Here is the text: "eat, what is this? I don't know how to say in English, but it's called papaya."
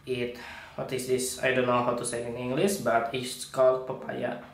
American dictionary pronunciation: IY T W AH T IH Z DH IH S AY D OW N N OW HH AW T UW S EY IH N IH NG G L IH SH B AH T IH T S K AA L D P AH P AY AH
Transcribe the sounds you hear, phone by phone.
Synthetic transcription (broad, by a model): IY T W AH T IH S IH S AY D OW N N OW HH AW T UW S EY IH N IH NG G L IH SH B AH T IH S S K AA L P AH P AY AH